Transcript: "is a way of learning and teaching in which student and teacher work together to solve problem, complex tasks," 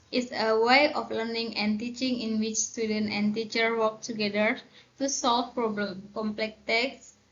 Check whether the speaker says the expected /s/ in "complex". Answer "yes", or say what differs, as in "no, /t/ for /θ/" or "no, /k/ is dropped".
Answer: no, /s/ is dropped